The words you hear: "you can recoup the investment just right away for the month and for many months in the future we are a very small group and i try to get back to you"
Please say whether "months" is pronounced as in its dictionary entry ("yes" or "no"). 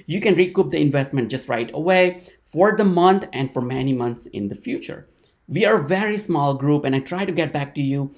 no